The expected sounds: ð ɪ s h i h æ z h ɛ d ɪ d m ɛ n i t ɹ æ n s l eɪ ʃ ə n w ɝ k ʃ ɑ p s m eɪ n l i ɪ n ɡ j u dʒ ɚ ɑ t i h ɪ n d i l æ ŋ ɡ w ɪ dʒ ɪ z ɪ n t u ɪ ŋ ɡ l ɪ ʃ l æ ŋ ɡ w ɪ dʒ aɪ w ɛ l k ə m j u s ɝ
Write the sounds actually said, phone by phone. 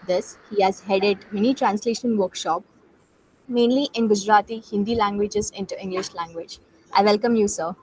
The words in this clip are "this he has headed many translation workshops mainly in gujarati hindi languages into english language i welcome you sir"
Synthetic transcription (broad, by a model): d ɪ s h i h æ z h ɛ d ɪ d m ɛ n i t ɹ æ n s l eɪ ʃ ə n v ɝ k ʃ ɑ p m eɪ n l i ɪ n ɡ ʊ dʒ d ɑ t i h ɪ n d i l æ ŋ ɡ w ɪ dʒ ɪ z ɪ n t u ɪ ŋ ɡ l ɪ ʃ l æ ŋ ɡ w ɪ dʒ aɪ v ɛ l k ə m j u s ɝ